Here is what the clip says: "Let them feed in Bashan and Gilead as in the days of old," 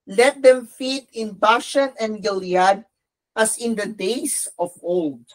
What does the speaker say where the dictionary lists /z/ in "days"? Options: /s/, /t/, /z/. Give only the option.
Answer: /s/